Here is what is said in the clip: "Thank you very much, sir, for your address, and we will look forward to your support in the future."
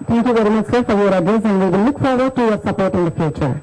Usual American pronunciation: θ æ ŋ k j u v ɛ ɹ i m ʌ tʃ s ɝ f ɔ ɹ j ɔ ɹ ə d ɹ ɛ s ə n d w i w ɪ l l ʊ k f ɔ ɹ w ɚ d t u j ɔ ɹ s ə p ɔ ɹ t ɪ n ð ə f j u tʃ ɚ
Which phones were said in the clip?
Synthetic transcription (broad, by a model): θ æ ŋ k j u v ɛ ɹ i m ʌ tʃ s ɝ f ɔ ɹ j ɔ ɹ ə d ɛ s ə n d w i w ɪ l l ʊ k f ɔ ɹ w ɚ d t u j ɔ ɹ s ə p ɔ ɹ t ɪ n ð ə f j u tʃ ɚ